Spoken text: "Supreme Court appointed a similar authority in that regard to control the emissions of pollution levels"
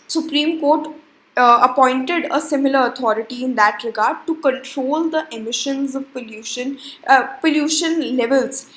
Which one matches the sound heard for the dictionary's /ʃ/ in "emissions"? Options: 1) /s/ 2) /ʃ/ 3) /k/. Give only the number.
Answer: 2